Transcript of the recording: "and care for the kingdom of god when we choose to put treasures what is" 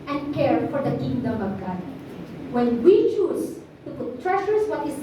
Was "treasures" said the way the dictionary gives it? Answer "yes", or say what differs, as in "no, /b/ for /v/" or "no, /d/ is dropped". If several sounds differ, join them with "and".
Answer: no, /ʃ/ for /ʒ/ and /s/ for /z/